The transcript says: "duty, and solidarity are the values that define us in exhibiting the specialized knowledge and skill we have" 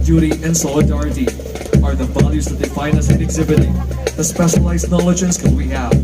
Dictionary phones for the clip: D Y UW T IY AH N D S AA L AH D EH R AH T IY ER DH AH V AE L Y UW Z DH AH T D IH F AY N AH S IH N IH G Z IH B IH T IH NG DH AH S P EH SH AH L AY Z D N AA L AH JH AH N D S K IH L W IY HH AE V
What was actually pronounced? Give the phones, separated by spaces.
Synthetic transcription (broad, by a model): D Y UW T IY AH N S AA L AH D EH R AH T IY ER DH AH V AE L Y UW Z DH AH T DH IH F AY N AH S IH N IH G Z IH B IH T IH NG DH AH S P EH SH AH L AY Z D N AA L AH JH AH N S K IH N W IY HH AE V